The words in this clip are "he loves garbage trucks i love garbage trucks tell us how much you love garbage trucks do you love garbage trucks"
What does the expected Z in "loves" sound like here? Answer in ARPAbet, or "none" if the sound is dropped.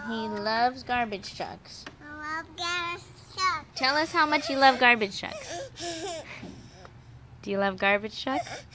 Z